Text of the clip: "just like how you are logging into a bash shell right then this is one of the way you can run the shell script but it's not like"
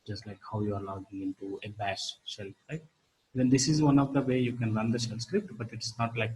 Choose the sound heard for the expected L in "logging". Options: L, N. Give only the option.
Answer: N